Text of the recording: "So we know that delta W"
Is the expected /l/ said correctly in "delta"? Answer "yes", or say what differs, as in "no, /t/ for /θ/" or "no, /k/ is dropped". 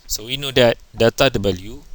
no, /l/ is dropped